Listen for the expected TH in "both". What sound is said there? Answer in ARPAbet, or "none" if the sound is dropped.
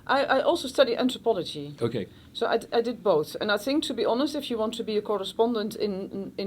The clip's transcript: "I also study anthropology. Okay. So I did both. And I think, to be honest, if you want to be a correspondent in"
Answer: TH